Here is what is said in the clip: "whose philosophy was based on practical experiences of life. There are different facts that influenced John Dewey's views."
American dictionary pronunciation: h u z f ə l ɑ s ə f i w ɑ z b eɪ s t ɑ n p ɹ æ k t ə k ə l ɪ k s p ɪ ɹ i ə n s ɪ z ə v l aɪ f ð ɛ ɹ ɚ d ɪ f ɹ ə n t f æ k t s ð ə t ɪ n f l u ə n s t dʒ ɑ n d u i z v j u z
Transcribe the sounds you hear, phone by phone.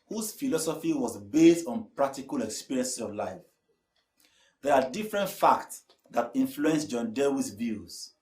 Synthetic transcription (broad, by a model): h u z f ə l ɑ s ə f i w ɑ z b eɪ s t ɑ n p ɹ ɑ k t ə k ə l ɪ k s p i ɹ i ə n s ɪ s ə v l aɪ f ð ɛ ɹ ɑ d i f ɹ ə n t f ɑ k t s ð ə t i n f l u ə n s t dʒ ɑ n d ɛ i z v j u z